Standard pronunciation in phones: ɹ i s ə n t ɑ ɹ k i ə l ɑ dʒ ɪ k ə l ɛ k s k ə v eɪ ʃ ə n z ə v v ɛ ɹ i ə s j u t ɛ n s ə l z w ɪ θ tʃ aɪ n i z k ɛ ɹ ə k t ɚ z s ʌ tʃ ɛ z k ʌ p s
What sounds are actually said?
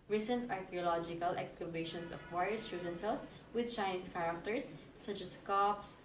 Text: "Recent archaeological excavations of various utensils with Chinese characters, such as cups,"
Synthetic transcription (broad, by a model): ɹ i s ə n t ɑ ɹ k i ə l ɑ dʒ ɪ k ə l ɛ k s k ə b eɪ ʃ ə n s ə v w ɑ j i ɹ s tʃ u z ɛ n s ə l s w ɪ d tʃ aɪ n i s k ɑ ɹ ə k t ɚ s ʌ tʃ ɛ s k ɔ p s